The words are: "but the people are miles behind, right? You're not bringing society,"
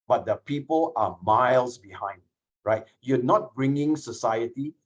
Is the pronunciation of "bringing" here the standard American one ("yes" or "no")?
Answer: yes